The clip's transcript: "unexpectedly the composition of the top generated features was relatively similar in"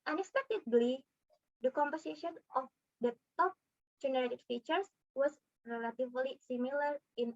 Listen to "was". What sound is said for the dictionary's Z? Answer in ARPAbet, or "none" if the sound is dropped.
S